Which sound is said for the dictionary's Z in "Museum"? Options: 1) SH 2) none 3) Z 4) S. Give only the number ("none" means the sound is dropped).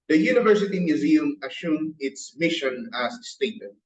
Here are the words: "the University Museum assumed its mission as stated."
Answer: 3